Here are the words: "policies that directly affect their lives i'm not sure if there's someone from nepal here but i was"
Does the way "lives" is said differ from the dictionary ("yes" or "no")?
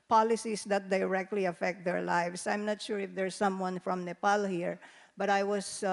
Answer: yes